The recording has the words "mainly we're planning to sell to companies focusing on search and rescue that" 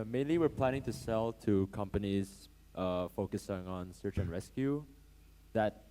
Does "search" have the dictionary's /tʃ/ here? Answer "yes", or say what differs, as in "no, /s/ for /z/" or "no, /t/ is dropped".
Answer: yes